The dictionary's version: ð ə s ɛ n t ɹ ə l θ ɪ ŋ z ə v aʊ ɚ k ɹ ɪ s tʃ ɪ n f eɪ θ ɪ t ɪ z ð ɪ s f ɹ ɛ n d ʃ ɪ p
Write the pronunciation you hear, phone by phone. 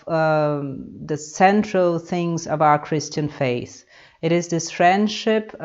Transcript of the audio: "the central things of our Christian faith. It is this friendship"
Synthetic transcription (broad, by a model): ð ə s ɛ n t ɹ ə l θ ɪ ŋ z ə v aʊ ɚ k ɹ ɪ s tʃ ɪ n f eɪ θ ɪ t ɪ z ð ɪ s f ɹ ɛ n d ʃ ɪ p